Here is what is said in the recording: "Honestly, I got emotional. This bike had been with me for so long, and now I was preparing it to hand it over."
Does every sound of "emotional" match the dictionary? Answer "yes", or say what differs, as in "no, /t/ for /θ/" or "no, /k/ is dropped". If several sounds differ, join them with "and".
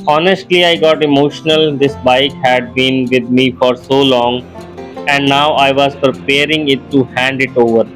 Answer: yes